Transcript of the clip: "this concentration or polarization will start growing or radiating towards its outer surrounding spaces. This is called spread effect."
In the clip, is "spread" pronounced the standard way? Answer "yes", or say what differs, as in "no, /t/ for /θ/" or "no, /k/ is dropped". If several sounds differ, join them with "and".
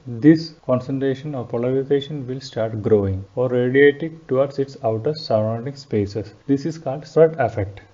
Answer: no, /p/ is dropped